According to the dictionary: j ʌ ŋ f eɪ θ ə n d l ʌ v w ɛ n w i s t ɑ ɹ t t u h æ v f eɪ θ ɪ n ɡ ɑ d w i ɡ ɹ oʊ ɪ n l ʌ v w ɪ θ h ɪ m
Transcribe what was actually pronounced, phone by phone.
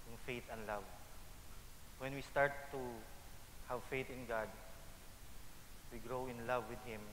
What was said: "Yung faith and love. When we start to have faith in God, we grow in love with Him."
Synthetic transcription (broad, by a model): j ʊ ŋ f eɪ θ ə n l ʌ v w ɛ n w i s t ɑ ɹ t t u h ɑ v f eɪ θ ɪ n ɡ ɑ d w i ɡ ɹ oʊ ɪ n l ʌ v w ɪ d h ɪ m